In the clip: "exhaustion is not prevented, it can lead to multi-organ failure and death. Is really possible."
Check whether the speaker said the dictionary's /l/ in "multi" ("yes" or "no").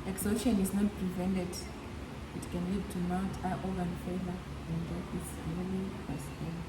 no